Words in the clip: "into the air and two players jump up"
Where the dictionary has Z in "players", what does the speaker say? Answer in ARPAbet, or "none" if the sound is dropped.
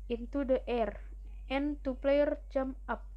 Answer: none